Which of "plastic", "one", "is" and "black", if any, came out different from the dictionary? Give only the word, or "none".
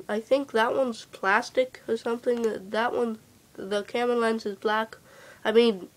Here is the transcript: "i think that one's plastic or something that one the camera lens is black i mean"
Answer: none